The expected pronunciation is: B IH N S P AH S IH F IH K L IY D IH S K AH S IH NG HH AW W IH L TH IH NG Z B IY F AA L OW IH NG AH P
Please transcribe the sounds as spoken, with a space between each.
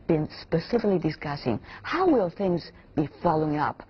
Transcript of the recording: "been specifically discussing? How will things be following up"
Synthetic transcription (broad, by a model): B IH N S P AH S IH F IH K L IY D IH S K AH S IH NG HH AW W IH L TH IH NG Z B IY F AA L OW IH NG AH P